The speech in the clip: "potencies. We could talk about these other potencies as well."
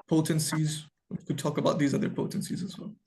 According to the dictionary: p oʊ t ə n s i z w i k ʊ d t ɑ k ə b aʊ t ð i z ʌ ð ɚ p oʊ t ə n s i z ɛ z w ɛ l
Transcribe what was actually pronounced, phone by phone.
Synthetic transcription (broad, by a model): p oʊ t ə n s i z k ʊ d t ɑ k ə b aʊ t ð i z ʌ ð ɚ p oʊ t ə n s i z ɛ z w ɛ l